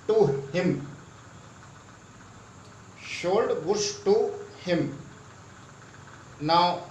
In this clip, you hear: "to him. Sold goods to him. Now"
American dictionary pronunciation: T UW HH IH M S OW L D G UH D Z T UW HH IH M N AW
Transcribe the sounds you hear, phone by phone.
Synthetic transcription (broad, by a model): T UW HH IH M SH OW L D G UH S T UW HH IH M N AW